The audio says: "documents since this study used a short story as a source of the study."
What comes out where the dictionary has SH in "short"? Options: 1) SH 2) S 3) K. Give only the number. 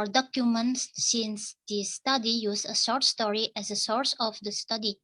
2